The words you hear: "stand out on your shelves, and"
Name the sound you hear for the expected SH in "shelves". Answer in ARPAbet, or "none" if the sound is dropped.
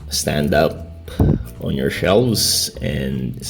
SH